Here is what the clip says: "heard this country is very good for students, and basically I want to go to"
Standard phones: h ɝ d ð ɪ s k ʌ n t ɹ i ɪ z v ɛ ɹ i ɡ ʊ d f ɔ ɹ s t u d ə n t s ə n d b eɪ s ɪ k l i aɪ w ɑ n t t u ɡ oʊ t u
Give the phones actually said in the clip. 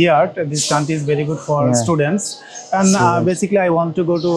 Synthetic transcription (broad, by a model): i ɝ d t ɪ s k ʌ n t i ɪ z v ɛ ɹ i ɡ ʊ d f ɔ ɹ s t u d ə n t s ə n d b eɪ s ɪ k l i aɪ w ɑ n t t u ɡ oʊ t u